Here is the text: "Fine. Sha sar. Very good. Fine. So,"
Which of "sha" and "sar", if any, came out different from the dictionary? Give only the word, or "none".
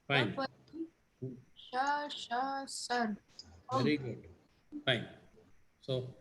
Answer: sar